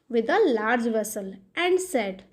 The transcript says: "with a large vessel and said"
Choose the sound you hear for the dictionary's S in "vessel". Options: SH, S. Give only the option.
S